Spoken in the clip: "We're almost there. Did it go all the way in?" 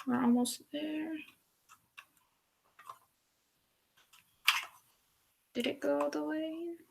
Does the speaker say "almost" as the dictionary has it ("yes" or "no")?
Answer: no